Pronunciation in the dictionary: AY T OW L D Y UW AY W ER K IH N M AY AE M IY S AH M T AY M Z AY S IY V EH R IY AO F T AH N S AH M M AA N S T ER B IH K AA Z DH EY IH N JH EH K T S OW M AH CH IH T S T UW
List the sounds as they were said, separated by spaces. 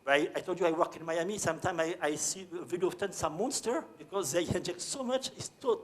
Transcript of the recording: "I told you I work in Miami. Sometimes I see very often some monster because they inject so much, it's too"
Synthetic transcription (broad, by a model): AY T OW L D Y UW AY W ER K IH N M AY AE M IY S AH M T AY M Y AY S IY V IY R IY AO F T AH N S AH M M AA N S T ER B IH K AA Z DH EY IH N JH EH K T S OW M AH CH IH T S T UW